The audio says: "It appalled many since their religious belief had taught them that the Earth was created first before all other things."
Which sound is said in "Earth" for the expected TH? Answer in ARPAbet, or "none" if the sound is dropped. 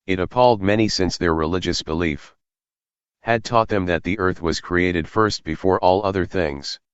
TH